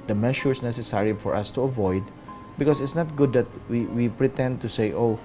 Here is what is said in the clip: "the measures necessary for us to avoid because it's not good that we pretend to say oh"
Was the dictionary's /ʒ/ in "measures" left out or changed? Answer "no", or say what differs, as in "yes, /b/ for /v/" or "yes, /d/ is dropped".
yes, /ʃ/ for /ʒ/